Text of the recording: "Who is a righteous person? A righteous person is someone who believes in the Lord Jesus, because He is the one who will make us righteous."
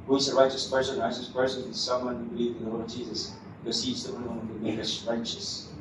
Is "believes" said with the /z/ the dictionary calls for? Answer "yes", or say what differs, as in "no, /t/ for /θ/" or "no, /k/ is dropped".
no, /z/ is dropped